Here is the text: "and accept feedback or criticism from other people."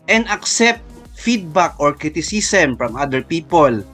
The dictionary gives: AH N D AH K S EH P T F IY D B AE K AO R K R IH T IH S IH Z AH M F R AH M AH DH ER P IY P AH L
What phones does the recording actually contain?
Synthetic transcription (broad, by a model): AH N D AH K S EH P T F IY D B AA K AO R K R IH T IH S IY S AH M F R AH M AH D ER P IY P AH L